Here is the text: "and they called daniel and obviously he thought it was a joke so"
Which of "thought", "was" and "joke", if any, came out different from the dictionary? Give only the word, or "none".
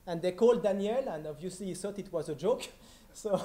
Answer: thought